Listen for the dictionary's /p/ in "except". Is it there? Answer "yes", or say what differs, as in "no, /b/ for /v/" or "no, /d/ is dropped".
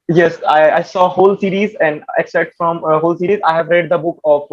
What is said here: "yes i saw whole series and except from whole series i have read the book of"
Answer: no, /p/ is dropped